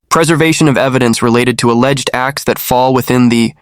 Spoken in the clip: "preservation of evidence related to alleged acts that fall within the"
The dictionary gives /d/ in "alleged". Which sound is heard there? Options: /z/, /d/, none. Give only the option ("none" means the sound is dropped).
/d/